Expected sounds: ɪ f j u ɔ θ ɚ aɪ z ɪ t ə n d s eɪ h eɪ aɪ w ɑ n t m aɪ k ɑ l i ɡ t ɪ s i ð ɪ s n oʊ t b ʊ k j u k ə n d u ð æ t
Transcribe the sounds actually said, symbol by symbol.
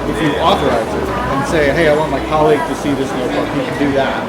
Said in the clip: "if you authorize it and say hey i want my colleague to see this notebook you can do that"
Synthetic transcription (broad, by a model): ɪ f j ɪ ɔ θ ɚ aɪ z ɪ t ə n s eɪ h eɪ aɪ w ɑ n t m aɪ k ɑ l i ɡ t ɪ s i ð ɪ s n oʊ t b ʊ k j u k ə n d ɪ ð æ t